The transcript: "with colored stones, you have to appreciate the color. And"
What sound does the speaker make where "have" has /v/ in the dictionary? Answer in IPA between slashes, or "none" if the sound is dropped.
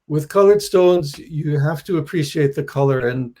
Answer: /f/